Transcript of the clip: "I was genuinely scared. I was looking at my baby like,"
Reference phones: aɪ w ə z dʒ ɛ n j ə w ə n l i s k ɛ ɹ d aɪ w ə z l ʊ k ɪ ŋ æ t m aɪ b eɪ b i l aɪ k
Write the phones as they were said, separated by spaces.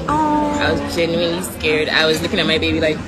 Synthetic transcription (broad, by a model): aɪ w ə z dʒ ɛ n j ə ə n l i s k ɛ ɹ d aɪ w ə z l ʊ k ɪ ŋ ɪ t m aɪ b eɪ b i l aɪ k